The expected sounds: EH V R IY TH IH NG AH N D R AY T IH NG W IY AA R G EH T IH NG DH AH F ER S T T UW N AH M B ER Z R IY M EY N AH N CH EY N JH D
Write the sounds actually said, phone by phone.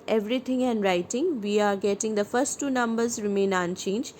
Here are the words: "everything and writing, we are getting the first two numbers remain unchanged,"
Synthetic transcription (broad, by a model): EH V R IY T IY NG AH N D R AY T IH NG W IY AA R G EH T IH NG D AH P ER S T T UW N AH M B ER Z R IY M EY N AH N CH EY N JH